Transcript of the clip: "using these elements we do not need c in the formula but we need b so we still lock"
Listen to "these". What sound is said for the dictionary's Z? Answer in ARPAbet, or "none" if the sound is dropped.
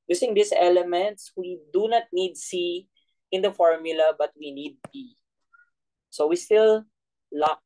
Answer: S